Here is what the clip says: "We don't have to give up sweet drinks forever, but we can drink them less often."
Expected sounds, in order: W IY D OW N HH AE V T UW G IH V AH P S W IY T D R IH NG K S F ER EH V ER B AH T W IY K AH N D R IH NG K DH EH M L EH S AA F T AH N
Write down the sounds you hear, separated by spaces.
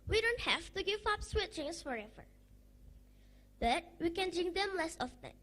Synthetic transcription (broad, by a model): W IY D OW N HH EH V T UW G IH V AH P S W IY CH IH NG S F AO EH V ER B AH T W IY K AH N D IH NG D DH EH M L EH S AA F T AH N